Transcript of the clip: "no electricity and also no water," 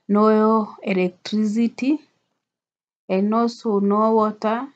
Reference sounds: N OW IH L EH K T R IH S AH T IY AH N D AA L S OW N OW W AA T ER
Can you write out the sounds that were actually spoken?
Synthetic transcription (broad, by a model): N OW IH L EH K T R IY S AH T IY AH N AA S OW N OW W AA T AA